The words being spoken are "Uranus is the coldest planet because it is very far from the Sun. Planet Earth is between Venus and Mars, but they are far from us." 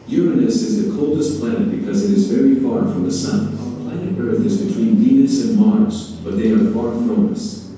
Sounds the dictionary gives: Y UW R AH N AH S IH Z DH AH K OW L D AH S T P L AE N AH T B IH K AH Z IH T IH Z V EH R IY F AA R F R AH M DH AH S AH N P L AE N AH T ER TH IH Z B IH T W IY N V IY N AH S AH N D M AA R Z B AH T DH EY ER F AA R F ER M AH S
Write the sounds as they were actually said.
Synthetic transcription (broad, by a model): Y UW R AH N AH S IH Z DH AH K OW L D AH S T P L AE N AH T B IH K AH Z IH T IH Z V EH R IY F AA R F R AH M DH AH S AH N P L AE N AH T ER TH IH Z B IH T W IY N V IY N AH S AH N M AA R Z B AH T DH EY ER F AA R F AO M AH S